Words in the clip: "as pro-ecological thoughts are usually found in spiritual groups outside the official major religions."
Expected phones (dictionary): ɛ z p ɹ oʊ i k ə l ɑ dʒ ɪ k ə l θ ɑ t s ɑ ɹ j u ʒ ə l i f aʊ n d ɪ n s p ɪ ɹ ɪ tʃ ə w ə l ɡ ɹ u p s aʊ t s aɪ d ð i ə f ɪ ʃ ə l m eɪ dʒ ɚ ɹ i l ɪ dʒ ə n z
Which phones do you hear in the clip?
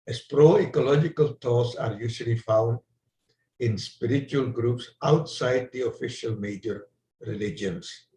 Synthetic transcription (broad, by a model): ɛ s p ɹ oʊ i k ə l ɑ dʒ ɪ k ə l t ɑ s ɑ ɹ j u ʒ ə l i f aʊ n d ɪ n s p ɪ ɹ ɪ tʃ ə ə l ɡ ɹ u p s aʊ t s aɪ d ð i ə f ɪ ʃ ə l m eɪ dʒ ɚ ɹ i l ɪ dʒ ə n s